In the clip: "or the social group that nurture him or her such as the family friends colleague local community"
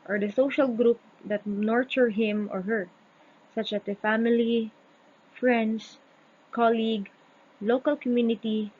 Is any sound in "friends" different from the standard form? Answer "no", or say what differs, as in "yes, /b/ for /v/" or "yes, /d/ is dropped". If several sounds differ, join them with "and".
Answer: yes, /s/ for /z/